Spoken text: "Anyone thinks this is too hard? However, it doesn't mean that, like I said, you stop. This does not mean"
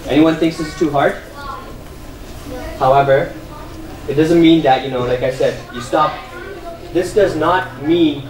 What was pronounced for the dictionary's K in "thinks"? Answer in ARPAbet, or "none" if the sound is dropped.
K